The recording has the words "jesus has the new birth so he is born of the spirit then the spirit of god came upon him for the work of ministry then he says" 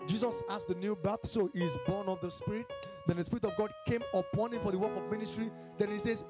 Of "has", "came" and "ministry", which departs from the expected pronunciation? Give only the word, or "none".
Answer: has